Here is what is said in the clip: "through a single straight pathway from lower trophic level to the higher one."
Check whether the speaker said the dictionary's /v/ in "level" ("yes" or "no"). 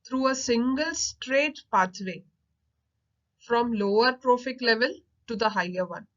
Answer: yes